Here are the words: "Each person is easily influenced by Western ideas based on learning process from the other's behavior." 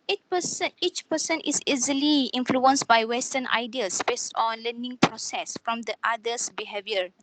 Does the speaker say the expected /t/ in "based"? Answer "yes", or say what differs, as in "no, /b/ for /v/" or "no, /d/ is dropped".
yes